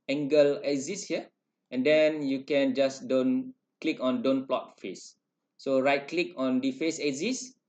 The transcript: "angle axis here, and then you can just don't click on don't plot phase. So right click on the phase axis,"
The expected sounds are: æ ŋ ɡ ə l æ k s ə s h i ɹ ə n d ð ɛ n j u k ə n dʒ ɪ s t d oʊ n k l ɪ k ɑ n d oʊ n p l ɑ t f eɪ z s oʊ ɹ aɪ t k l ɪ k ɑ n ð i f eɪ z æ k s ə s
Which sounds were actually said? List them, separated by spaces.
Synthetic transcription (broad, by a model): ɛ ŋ ɡ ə l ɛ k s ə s h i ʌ ə n d ɛ n j u k ə n dʒ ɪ s d oʊ n k l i k ɑ n d oʊ n p l ɑ t f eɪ s oʊ ɹ aɪ t k l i k ɑ n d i f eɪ s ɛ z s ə s